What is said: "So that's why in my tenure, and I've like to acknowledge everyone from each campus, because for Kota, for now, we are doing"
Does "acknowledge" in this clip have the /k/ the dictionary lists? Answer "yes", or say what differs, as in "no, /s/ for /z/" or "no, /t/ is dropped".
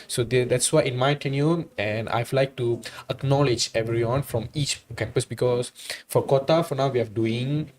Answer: yes